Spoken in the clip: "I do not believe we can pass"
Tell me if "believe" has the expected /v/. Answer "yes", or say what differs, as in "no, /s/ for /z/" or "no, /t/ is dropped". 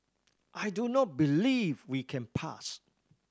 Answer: yes